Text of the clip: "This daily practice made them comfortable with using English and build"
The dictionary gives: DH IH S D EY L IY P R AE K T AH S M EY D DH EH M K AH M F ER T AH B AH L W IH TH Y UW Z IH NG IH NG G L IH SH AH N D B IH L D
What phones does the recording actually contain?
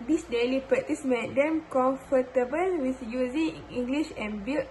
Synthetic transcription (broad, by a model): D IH S D EY L IY P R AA T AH S M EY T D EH M K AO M F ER T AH B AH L W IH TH Y UW Z IH NG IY NG G L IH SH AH N B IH L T